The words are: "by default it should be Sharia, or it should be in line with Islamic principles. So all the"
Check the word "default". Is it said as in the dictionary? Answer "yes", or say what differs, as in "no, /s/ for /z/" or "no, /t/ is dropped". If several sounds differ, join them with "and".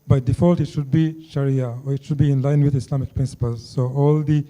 yes